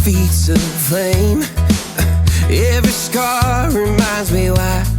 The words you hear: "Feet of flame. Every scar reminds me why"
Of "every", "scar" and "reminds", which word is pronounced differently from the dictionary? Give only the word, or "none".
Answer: none